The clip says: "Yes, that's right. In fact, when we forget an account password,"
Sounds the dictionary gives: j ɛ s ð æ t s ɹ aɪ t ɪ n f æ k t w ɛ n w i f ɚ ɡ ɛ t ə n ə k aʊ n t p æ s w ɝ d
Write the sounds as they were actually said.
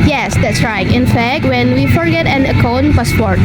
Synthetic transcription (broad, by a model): j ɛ s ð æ t s ɹ aɪ t ɪ n f æ k t w ɛ n w i f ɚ ɡ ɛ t ə n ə k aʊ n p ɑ s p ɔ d